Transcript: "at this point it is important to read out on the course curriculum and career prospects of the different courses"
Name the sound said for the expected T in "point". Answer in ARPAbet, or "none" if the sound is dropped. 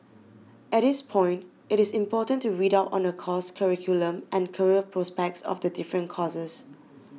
T